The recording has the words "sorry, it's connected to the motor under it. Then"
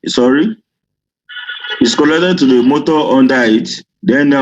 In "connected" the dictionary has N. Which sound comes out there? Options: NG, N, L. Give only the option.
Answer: L